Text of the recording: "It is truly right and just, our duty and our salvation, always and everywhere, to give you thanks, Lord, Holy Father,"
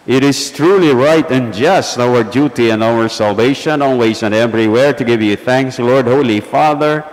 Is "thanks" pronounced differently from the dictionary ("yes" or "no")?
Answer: no